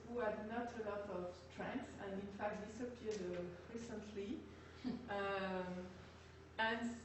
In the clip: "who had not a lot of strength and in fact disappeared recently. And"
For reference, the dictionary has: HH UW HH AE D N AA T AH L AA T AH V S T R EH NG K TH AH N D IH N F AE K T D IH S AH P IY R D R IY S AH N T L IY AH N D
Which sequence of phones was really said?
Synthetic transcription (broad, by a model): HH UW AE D N AA T AH L AA T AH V T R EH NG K S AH N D IH N F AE K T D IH S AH P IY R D R IY S AH N T L IY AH N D